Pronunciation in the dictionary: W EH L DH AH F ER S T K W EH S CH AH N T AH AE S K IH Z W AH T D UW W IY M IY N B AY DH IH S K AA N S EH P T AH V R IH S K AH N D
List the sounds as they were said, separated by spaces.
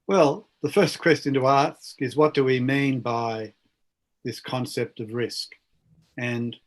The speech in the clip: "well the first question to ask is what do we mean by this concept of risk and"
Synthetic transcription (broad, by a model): W EH L DH AH F ER S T K W EH S CH AH N T AH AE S K IH Z W AH T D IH W IY M IY N B AY DH IH S K AA N S EH P T AH V R IH S K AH N